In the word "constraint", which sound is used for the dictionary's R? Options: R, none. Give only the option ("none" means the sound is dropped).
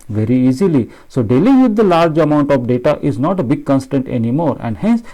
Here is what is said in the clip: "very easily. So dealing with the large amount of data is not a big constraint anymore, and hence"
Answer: none